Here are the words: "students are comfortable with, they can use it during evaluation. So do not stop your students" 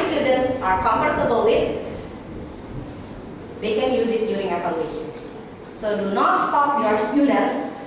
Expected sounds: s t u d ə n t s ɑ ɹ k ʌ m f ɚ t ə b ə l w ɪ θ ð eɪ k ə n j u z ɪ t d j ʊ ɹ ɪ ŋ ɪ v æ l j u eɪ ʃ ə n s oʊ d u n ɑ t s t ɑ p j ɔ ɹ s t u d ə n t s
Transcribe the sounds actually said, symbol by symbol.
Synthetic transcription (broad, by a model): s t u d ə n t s ɑ ɹ k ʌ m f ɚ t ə b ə l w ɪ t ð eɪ k ə n j u z ɪ t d j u ɹ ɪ ŋ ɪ p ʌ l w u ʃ s oʊ d u n ɑ t s t ɑ p j ɔ ɹ s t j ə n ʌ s